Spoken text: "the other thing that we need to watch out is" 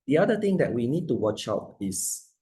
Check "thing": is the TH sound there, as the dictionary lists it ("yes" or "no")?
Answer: no